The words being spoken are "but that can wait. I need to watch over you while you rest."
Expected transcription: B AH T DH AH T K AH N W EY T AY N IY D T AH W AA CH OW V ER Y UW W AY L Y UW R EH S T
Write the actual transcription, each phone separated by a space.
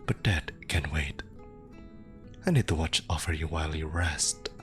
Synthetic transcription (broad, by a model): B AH T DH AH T K AH N W EY T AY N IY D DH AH W AA CH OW F ER Y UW W AY L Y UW R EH S T